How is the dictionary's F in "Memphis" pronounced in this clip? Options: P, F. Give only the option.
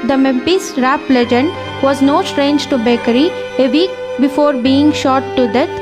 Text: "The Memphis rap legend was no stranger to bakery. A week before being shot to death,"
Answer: P